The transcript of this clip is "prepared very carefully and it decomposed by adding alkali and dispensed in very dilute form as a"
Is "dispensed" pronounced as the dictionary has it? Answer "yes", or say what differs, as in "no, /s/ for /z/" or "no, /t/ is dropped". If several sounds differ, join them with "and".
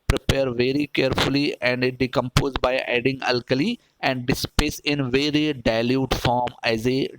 no, /n/ is dropped and /t/ is dropped